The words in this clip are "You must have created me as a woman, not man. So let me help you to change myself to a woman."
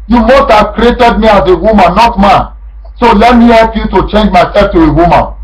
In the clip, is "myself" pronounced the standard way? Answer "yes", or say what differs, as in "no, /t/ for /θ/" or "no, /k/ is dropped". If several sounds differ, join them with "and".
no, /l/ is dropped